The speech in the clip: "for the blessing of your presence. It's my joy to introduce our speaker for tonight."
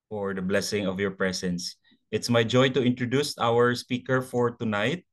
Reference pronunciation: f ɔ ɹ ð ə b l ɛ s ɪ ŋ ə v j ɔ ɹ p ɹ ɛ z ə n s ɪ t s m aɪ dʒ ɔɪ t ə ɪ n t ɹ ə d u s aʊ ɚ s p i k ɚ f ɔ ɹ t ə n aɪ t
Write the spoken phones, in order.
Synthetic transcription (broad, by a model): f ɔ ɹ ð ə b l ɛ s ɪ ŋ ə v j ɔ ɹ p ɹ ɛ s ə n s ɪ t s m aɪ dʒ ɔɪ t ə ɪ n t ɹ ə d u s aʊ ɚ s p i k ɚ f ɔ ɹ t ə n aɪ t